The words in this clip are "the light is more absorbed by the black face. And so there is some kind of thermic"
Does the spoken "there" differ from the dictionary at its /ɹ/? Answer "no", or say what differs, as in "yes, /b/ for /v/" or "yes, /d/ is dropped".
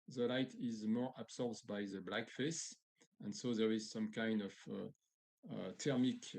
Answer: no